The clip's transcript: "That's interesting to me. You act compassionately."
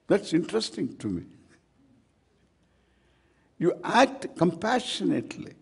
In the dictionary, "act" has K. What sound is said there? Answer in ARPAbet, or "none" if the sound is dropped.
K